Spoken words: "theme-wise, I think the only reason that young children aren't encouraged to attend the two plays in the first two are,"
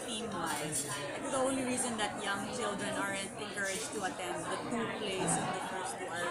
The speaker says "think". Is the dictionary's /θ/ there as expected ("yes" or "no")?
no